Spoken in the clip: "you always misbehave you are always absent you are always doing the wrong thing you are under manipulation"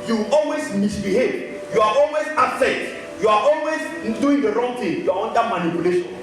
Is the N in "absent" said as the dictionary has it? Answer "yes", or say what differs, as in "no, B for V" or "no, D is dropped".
no, N is dropped